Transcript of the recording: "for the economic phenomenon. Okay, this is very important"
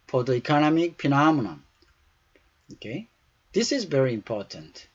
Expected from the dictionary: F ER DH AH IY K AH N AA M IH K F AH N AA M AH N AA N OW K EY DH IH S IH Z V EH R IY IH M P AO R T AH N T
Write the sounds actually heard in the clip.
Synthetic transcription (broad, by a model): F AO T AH IY K AH N AA M IH K P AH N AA M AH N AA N OW K EY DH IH S IH Z V EH R IY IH M P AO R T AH N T